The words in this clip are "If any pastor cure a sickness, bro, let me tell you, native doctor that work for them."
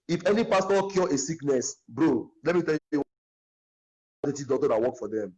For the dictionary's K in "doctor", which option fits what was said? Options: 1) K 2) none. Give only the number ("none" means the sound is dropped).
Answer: 2